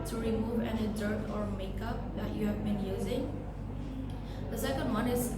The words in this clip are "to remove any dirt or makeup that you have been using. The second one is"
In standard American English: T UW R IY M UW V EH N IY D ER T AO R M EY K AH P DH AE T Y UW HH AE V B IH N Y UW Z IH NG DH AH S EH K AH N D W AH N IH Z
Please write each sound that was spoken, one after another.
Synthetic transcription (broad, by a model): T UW R IY M UW V EH N IY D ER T AO R M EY K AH P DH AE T Y UW HH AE V B IH N Y UW Z IH NG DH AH S EH K AH N D W AH N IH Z